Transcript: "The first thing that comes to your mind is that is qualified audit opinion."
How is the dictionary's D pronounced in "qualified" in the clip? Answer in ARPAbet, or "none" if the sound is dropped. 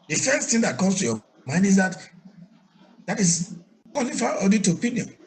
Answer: none